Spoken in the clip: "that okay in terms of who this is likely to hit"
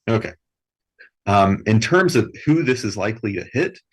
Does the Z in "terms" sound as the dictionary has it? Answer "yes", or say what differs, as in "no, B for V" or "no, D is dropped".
yes